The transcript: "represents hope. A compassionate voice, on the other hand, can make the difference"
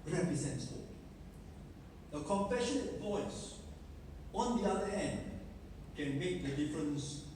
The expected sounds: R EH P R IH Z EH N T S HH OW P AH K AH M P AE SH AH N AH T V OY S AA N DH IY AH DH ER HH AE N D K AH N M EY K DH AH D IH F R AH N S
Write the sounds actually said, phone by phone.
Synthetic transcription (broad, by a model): R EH P R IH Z EH N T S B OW AH K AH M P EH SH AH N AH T V OY S AA N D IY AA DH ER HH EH N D K AH N M EY K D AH D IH F R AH N S